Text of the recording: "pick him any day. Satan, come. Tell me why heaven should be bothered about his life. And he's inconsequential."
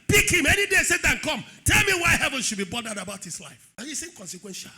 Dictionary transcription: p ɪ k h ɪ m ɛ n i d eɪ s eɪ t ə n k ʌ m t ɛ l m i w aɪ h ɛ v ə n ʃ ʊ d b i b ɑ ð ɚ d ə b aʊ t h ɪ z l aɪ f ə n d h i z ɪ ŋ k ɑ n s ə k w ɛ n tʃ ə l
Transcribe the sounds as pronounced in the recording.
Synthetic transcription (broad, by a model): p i k h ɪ m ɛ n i d eɪ s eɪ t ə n k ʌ m t ɛ l m i w aɪ h ɛ v ə n ʃ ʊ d b i b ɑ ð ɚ d ə b aʊ t h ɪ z l aɪ f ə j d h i s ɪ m k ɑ n s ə k w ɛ n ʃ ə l